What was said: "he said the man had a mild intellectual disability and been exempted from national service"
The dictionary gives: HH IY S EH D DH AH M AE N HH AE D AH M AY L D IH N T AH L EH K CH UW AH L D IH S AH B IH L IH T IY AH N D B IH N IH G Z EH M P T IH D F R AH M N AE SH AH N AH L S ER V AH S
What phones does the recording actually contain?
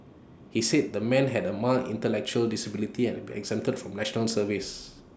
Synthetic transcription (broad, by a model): HH IY S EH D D AH M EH N HH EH D AH M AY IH N T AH L EH K CH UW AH L D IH S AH B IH L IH T IY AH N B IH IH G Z EH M T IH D F R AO M N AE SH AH N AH L S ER V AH S